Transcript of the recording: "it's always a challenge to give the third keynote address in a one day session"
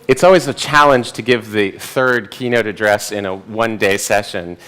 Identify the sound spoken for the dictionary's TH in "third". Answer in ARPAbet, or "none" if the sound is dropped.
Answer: TH